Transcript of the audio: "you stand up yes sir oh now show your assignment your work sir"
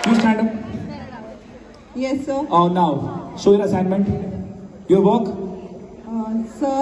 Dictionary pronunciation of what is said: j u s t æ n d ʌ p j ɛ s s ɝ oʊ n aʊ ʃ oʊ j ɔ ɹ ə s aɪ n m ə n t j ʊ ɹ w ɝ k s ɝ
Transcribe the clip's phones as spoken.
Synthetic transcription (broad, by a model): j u s t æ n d ʌ p j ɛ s s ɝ oʊ n aʊ s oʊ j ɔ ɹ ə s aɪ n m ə n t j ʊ ɹ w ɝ k s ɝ